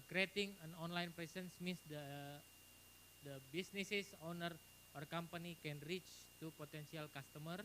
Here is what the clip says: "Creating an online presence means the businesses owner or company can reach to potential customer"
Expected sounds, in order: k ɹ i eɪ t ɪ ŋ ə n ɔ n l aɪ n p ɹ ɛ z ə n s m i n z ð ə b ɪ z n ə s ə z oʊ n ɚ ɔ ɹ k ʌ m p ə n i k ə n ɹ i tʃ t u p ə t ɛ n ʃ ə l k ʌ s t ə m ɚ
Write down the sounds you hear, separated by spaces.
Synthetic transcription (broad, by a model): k ɹ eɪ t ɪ ŋ ə n ɔ n l aɪ n p ɹ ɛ s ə n s m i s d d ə b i s n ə s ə s oʊ n ɚ ɔ ɹ k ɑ m p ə n i k ə n ɹ i tʃ t u p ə t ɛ n s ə l k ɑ s t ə m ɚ